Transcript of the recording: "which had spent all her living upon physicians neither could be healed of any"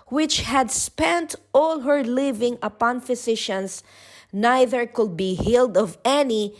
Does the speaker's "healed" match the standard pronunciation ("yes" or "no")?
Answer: yes